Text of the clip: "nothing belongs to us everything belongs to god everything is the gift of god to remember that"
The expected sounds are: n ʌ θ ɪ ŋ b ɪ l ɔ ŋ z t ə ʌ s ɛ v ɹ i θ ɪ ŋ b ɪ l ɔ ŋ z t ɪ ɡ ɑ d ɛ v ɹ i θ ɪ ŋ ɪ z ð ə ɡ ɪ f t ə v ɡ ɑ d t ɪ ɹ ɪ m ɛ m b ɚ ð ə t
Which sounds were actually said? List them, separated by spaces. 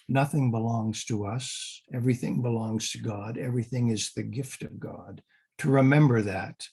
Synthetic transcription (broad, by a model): n ʌ θ ɪ ŋ b ɪ l ɔ ŋ z t ə ʌ s ɛ v ɹ i θ ɪ ŋ b ɪ l ɔ ŋ z t ɪ ɡ ɑ d ɛ v ɹ i θ ɪ ŋ ɪ z ð ə ɡ ɪ f t ə v ɡ ɑ d t ɪ ɹ ɪ m ɛ m b ɚ ð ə t